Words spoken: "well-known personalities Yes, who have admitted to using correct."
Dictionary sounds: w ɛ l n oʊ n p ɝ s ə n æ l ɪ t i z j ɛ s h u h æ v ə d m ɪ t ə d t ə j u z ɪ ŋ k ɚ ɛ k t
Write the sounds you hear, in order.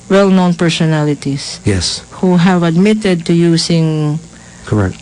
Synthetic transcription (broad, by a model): w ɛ l n oʊ n p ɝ s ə n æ l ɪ t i s j ɛ s h u h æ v ə d m ɪ t ə d t ə j u s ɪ ŋ k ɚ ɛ k t